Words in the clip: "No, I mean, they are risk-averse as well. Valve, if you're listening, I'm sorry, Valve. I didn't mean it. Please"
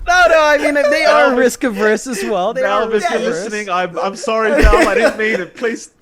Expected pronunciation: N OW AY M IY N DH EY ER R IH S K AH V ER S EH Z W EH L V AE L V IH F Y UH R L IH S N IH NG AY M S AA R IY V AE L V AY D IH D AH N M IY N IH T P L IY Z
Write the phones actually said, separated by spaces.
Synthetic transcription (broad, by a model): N OW AY M IY N DH EY ER R IH S K AH V ER S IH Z W EH L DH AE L B IH F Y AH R L IH S N IH NG AY M S AA R IY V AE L AY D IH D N M IY N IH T P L IY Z